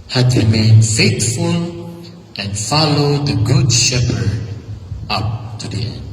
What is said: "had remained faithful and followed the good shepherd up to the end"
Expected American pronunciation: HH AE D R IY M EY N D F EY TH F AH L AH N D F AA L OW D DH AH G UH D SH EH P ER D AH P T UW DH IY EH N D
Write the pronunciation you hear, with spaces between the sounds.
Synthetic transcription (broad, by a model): HH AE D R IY M EY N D F EY T F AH L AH N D F AA L OW D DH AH G UH D SH EH P ER D AH P T UW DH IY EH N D